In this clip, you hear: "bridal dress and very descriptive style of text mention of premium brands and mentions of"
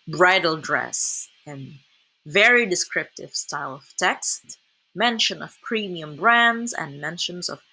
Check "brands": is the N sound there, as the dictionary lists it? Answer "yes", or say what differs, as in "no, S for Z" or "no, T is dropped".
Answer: yes